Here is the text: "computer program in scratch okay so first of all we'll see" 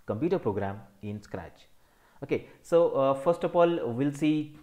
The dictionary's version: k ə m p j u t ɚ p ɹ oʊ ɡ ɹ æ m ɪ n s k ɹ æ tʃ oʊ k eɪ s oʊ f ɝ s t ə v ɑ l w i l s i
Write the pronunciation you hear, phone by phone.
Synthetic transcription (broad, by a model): k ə m p j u t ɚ p ɹ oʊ ɡ ɹ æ m ɪ n s k ɹ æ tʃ oʊ k eɪ s oʊ f ɝ s t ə f ɑ l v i l s i